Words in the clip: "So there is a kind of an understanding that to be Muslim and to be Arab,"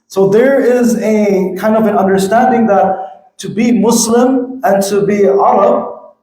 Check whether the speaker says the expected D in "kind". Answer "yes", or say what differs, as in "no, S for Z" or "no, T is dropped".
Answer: yes